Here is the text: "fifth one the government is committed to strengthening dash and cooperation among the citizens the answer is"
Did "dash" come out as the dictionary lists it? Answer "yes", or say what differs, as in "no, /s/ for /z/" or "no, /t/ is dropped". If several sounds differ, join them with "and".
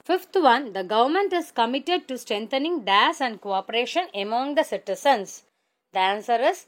no, /s/ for /ʃ/